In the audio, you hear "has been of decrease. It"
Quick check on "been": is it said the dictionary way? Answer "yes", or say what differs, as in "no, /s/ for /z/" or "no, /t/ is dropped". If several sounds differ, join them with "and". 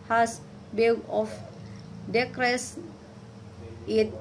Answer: no, /l/ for /n/